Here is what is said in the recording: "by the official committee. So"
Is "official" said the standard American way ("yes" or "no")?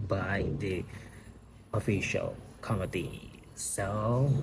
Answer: yes